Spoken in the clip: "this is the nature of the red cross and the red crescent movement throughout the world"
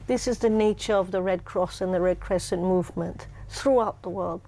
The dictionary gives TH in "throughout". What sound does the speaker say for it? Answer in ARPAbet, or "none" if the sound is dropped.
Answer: TH